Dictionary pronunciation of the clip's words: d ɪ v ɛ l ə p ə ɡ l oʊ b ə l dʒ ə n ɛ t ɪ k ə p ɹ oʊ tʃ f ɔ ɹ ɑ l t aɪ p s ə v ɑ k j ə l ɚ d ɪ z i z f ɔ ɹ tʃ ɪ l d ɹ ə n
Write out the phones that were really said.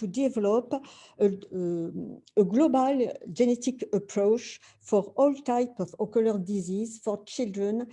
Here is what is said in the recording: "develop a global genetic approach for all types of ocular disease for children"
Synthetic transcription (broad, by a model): d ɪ v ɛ l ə p ə ɡ l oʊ b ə l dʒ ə n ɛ t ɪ k ə p ɹ oʊ tʃ f ɔ ɹ ɑ l t aɪ p ə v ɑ k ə l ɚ d ɪ z i z f ɔ ɹ tʃ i l d ɹ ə n